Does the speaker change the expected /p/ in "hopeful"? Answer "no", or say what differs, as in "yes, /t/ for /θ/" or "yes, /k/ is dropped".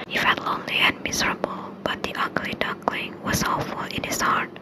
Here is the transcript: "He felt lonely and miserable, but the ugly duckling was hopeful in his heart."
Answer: yes, /p/ is dropped